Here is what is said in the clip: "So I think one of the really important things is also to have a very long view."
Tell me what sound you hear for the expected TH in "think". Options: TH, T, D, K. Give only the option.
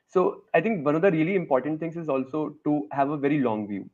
T